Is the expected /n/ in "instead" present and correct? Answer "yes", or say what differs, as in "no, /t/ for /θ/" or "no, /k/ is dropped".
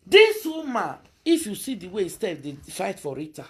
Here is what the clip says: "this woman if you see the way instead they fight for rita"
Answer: no, /n/ is dropped